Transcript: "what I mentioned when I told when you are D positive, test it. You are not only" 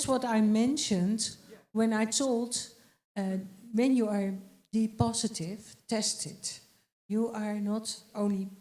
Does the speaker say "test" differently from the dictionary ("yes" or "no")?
no